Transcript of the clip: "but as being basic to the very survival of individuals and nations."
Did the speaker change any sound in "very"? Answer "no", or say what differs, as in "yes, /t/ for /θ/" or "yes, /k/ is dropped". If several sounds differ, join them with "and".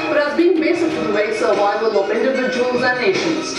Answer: yes, /ɹ/ is dropped